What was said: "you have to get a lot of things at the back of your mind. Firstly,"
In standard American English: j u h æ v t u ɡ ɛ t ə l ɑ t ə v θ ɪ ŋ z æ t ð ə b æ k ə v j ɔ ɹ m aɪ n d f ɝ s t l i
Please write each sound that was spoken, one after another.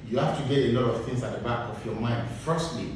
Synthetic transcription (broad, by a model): j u h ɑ f t u ɡ ɛ t ə l ɑ t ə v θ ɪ ŋ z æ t ð ə b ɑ k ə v j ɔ m aɪ n d f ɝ s t l i